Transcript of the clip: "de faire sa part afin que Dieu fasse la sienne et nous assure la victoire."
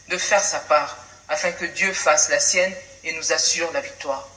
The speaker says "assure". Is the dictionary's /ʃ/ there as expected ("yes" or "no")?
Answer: no